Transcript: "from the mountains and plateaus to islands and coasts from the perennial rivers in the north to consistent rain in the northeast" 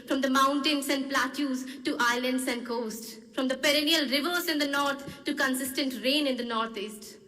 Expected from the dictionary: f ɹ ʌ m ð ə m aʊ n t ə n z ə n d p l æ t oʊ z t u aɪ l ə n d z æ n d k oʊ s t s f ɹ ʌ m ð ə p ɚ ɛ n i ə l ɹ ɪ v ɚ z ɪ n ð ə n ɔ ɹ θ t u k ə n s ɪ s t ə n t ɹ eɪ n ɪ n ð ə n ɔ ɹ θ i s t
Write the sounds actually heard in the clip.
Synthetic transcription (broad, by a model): f ɹ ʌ m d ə m aʊ n t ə n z ə n d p l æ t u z t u aɪ l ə n d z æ n d k oʊ s t s f ɹ ʌ m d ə p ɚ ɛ n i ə l ɹ ɪ v ɚ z ɪ n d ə n ɔ ɹ t t u k ə n s ɪ s t ə n t ɹ eɪ n ɪ n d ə n ɔ ɹ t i s t